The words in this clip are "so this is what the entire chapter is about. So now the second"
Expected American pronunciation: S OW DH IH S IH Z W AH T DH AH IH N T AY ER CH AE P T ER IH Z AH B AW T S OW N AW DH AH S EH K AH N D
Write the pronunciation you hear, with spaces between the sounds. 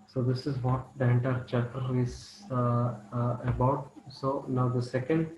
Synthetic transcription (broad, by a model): S OW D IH S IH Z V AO T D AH N T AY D CH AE T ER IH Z AH B AW T S OW N AW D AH S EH K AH N D